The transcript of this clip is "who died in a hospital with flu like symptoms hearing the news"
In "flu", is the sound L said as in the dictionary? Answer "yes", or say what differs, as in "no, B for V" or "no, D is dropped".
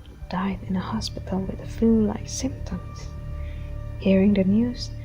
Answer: no, L is dropped